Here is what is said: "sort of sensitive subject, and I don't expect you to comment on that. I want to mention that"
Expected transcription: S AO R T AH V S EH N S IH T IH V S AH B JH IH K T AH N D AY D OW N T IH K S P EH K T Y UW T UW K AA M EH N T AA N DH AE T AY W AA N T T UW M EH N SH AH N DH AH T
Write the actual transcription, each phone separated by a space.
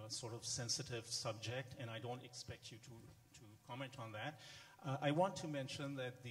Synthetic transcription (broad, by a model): S AO R T AH V S EH N S IH T IH V S AH B JH IH K T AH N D AY D OW N T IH K S P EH K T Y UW T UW K AA M EH N T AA N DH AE T AY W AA N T T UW M EH N SH AH N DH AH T